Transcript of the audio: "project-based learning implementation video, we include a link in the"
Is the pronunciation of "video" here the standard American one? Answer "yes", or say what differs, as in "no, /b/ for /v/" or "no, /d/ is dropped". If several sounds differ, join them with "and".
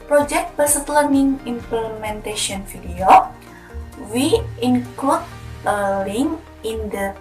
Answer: no, /f/ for /v/